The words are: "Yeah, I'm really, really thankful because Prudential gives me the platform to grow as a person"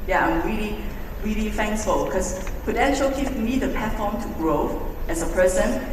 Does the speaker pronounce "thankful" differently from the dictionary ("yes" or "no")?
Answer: yes